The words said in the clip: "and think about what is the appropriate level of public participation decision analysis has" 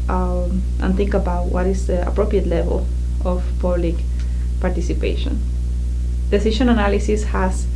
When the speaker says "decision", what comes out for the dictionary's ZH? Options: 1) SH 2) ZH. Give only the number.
1